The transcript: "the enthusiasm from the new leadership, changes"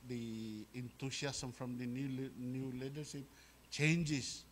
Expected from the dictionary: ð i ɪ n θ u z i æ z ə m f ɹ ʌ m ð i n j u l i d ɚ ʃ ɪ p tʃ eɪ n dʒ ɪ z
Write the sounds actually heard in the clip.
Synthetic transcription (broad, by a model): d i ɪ n t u s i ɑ s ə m f ɹ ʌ m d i n j u l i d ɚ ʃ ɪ p tʃ eɪ n dʒ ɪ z